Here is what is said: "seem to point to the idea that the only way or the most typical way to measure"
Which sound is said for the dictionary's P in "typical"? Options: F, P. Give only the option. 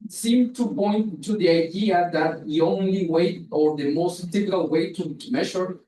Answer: F